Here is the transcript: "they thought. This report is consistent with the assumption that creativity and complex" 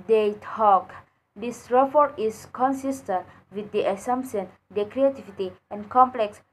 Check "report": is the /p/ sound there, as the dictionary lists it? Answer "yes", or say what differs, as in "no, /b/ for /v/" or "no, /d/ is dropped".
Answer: no, /f/ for /p/